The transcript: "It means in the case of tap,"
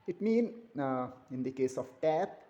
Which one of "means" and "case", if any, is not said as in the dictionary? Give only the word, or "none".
means